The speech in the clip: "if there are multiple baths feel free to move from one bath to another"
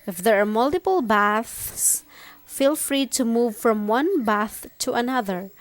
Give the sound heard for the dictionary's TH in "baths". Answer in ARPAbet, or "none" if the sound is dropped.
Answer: TH